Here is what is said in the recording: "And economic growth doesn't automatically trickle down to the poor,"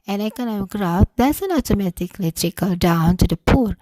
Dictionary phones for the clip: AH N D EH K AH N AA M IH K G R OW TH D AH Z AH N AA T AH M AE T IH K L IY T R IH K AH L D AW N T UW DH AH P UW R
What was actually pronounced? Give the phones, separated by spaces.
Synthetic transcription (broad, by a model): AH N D EH K AH N AA M IH K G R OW F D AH S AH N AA T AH M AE T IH K L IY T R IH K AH L D AW N T UW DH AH P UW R